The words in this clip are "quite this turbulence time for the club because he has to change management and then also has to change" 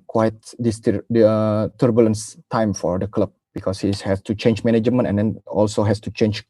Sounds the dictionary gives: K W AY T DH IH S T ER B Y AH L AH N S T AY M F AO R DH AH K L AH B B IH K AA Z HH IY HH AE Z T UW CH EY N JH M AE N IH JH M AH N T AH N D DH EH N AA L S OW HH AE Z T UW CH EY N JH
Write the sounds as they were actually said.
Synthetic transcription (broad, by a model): K W AY T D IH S T ER B Y AH L AH N S T AY M F AO R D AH K L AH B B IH K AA S HH IY HH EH S T UW CH EY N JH M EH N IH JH M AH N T AH N D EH N AA L S OW HH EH S T UW CH EY N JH